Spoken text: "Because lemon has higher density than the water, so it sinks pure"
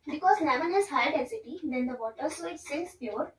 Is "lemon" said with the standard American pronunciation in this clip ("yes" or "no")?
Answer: no